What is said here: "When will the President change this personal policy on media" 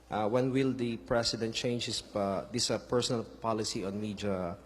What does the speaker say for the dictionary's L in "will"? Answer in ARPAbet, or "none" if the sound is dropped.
L